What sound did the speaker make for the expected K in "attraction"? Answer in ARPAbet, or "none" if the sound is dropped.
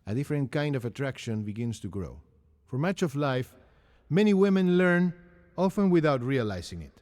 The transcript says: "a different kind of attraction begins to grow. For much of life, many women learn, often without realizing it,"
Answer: K